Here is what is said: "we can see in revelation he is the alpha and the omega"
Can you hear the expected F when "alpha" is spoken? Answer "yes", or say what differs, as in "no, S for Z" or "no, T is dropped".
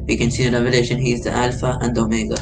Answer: yes